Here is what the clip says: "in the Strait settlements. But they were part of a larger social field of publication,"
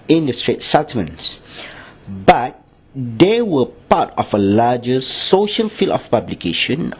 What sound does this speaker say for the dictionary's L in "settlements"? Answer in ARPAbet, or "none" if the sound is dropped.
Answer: none